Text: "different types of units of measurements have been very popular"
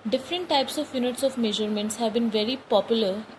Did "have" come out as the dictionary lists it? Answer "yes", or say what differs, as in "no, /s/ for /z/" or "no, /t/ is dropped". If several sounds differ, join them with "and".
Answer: yes